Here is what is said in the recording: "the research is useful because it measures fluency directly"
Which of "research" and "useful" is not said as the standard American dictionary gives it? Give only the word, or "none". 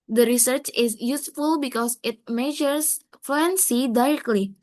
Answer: none